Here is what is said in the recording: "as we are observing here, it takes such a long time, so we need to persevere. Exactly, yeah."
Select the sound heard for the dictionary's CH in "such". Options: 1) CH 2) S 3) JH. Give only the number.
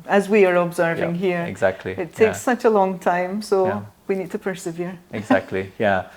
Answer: 1